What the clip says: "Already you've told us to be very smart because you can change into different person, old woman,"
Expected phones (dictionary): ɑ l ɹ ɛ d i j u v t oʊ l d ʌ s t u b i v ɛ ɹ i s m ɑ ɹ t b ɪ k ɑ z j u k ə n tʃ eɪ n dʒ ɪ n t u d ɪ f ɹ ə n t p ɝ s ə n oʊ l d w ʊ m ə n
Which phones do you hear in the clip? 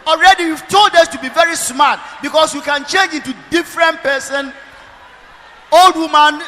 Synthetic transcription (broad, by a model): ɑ l ɹ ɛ d i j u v t oʊ l d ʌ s t u b i v ɛ ɹ i s m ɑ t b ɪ k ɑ s j u k ə n tʃ eɪ n dʒ ɪ n t u d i f ɹ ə n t p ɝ s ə n oʊ l d w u m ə n